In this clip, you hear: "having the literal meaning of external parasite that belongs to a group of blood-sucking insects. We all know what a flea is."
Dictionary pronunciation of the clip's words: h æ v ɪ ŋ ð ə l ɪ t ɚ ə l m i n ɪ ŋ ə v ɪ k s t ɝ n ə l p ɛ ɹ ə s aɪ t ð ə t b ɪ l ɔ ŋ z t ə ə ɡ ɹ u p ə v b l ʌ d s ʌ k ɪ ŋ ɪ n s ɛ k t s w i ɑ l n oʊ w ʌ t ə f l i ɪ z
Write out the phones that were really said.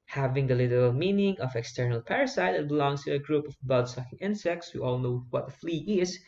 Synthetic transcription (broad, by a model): h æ v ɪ ŋ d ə l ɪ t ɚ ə l m i n ɪ ŋ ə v ɪ k s t ɝ n ə l p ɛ ɹ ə s aɪ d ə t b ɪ l ɔ ŋ s t ə ə ɡ ɹ u p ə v b ʌ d s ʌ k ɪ ŋ ɪ n s ɛ k t s w i ɑ l n oʊ w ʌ t ə f l i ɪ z